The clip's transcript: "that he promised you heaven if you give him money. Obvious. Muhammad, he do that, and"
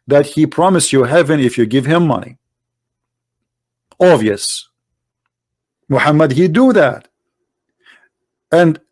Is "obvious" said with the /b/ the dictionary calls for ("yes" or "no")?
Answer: no